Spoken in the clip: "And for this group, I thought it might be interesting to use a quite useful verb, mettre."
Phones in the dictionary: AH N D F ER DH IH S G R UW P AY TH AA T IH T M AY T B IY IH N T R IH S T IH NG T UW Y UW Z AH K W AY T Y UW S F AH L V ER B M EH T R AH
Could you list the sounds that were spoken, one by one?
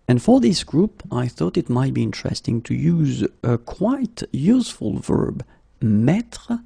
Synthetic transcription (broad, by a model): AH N F ER DH IH S G R UW P AY TH AA T IH T M AY T B IY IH N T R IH S T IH NG T UW Y UW Z AH K W AY T Y UW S F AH L V ER B M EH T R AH